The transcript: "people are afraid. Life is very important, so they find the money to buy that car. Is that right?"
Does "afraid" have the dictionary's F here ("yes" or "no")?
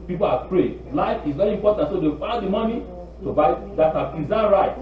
no